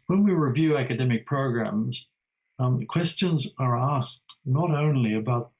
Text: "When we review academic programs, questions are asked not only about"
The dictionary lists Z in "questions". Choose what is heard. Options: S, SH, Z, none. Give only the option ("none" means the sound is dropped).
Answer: Z